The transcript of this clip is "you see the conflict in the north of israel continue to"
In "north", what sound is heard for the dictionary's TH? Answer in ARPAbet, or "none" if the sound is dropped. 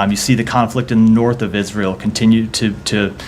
TH